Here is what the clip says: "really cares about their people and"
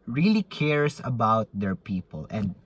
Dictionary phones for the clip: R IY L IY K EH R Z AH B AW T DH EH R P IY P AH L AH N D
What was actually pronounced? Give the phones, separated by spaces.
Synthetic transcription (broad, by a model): R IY L IY K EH R S AH B AW T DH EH R P IY P AH L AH N D